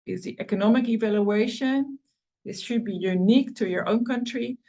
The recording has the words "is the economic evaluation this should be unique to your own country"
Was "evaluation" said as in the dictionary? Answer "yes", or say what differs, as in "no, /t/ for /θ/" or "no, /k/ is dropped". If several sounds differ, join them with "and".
yes